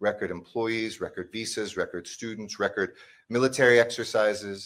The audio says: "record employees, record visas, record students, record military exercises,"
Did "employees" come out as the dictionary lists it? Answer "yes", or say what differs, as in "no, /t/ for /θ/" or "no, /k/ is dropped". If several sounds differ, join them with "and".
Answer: yes